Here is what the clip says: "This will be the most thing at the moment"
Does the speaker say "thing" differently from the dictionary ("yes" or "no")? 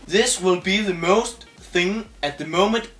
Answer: no